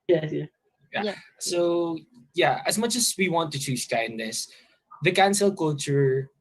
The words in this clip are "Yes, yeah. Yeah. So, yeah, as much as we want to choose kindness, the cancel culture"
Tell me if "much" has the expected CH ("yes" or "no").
yes